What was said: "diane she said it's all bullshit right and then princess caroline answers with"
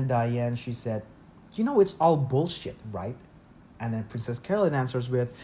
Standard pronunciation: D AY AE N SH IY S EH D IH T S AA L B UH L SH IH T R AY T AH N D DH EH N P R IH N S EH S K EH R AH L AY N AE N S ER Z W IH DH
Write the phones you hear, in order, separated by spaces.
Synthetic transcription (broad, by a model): D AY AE N SH IY S EH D IH T S AA L B UH L SH IH T R AY T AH N DH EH N P R IH N S EH S K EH R L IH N AE N S ER Z W IH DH